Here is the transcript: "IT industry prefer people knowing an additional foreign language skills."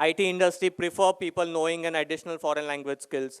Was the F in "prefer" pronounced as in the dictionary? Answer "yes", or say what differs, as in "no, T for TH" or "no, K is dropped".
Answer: yes